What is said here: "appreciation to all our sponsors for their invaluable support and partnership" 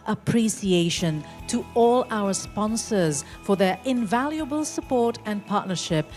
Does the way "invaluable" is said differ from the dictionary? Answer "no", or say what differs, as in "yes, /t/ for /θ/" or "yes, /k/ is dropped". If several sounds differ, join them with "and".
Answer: no